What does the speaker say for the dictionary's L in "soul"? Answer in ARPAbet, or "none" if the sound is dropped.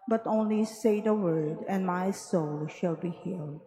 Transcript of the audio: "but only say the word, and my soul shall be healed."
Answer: L